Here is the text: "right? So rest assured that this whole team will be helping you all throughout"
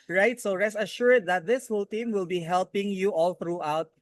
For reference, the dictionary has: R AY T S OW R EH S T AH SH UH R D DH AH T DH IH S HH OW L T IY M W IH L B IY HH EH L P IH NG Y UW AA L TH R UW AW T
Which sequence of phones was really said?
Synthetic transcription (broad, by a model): R AY T S OW R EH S AH SH UH R D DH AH T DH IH S HH OW L T IY M W IH L B IY HH EH L P IH NG Y UW AA L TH R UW AW T